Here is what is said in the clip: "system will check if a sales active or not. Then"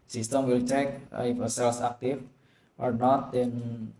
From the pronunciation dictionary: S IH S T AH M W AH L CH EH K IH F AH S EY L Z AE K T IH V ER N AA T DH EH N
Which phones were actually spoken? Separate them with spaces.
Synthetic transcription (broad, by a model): S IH S T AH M W AH L CH EH K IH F AH S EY L S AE K T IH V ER N AA T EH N